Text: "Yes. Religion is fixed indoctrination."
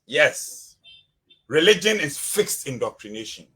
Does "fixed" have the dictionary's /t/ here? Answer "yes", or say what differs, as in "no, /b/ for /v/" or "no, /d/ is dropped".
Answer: yes